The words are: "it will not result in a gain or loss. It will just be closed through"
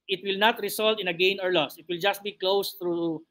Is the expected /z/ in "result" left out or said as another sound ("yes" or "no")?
yes